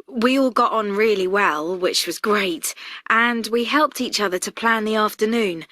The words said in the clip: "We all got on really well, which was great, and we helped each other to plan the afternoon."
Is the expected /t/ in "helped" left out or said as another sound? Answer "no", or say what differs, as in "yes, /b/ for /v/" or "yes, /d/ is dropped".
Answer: no